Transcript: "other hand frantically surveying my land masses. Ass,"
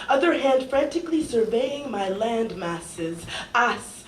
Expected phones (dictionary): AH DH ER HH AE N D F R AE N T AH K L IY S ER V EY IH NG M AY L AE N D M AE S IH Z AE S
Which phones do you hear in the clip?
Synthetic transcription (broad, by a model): AH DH ER HH AE N D F R AE N T AH K L IY S ER V EY IH NG M AY L AE N D M AE S IH Z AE S